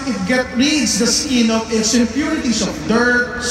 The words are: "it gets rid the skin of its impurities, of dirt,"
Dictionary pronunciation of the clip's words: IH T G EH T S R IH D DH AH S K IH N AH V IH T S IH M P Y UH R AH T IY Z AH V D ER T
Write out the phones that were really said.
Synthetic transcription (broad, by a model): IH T G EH T R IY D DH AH S K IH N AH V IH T S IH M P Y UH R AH T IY S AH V D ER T